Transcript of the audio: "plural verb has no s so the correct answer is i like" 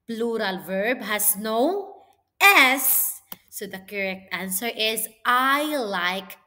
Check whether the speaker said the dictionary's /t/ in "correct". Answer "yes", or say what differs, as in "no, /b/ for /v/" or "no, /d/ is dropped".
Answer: yes